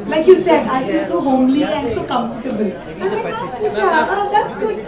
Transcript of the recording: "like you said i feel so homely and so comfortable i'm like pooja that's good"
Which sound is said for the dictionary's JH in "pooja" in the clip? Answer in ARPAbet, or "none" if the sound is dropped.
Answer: none